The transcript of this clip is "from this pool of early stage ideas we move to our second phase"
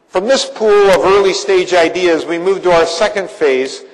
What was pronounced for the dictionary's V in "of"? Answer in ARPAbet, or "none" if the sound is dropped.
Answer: V